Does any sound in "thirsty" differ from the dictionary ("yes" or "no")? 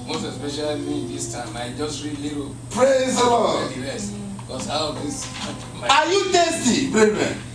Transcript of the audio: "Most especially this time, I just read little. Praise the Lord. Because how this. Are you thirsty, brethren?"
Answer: yes